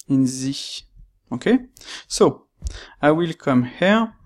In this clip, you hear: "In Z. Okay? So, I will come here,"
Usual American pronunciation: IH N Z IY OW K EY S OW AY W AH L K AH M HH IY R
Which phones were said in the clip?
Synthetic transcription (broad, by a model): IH N Z IY OW K EY S OW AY W AH L K AH M HH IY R